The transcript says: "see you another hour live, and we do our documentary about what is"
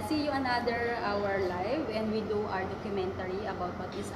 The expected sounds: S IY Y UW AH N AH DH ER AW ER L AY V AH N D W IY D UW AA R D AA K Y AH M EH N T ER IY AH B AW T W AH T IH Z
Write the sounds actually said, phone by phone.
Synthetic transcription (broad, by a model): S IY Y UW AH N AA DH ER AW ER L AY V AH N D W IY D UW AA R D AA K Y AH M EH N T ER IY AH B AW T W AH T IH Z